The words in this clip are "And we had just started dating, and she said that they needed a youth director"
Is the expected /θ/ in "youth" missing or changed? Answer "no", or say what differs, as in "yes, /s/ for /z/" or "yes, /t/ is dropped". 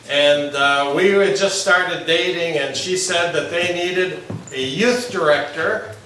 no